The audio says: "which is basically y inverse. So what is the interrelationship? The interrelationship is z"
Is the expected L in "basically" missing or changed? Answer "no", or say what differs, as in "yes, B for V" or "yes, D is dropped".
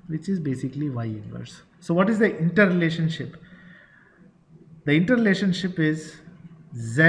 no